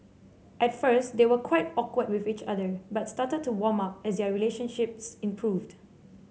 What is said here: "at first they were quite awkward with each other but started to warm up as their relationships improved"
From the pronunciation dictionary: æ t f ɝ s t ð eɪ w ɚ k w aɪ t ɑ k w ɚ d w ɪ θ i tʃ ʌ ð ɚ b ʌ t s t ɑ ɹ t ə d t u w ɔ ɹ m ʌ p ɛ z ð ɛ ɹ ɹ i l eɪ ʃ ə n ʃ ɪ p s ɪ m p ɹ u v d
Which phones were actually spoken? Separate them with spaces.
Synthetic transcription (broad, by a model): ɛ t f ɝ s t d eɪ w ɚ k w aɪ t ɑ k w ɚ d w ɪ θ i tʃ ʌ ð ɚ b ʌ t s t ɑ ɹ t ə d t u w ɔ m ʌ p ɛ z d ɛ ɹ ɹ i l eɪ ʃ ə n ʃ ɪ p s ɪ m p ɹ u v d